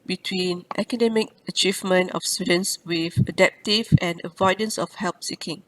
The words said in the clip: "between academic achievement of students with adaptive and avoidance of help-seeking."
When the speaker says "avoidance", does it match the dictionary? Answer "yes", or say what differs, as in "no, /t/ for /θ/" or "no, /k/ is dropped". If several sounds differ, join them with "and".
yes